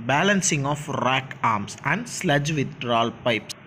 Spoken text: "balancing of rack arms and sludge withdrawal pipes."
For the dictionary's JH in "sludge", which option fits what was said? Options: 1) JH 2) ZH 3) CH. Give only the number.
1